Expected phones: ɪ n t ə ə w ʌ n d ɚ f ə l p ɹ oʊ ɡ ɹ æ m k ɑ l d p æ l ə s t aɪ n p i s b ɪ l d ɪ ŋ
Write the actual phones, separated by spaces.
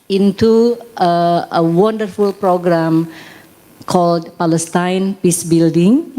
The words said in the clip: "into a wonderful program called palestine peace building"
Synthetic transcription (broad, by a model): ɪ n t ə ə w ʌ n d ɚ f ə l p ɹ oʊ ɡ ɹ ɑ m k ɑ l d p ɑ l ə s t aɪ n p i s b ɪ l d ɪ ŋ